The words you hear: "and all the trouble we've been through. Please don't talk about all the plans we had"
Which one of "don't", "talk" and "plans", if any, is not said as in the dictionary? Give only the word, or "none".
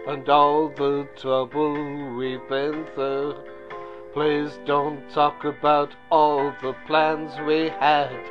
none